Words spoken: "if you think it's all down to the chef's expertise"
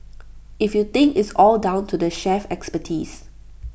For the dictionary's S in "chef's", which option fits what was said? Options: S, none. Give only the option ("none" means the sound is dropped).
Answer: none